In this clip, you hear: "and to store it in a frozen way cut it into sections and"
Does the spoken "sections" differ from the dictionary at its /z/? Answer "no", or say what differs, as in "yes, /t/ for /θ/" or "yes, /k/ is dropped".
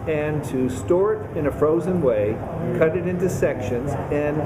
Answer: no